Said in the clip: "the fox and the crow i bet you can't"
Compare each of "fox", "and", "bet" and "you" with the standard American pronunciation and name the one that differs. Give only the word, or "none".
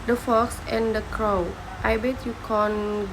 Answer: none